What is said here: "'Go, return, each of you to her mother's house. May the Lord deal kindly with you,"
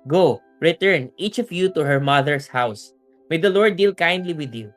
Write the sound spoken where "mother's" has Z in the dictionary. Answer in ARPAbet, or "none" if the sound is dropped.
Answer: S